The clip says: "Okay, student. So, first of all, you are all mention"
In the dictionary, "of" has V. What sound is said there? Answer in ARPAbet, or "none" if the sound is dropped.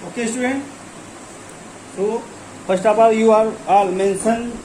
P